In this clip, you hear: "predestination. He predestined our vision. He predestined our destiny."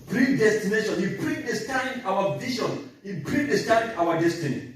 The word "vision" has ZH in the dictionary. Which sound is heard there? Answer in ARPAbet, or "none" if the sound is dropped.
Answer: SH